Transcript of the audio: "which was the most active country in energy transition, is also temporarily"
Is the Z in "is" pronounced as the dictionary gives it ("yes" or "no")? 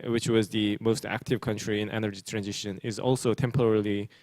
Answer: yes